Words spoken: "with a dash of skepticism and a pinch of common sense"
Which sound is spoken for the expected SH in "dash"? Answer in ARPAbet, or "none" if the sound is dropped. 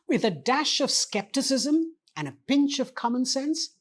SH